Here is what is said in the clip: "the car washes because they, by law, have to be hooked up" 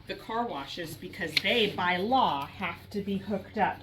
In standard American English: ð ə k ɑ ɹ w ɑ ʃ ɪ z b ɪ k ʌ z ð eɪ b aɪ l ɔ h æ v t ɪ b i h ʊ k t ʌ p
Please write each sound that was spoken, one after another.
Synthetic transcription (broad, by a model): ð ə k ɑ ɹ w ɑ ʃ ɪ z b ɪ k ʌ z ð eɪ b aɪ l ɔ h æ f t ɪ b i h ʊ k t ʌ p